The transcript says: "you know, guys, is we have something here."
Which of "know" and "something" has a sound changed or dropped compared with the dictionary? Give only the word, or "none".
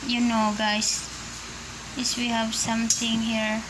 something